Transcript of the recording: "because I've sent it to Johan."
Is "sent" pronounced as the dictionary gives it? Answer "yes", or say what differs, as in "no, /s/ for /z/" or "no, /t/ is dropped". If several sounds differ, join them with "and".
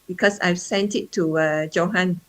yes